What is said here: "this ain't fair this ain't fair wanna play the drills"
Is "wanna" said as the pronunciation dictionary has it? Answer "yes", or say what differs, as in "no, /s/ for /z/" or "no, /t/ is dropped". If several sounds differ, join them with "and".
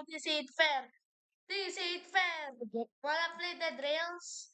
no, /l/ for /n/